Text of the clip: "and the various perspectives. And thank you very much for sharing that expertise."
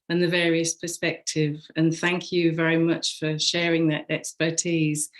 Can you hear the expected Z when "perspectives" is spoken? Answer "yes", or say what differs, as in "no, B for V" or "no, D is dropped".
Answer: no, Z is dropped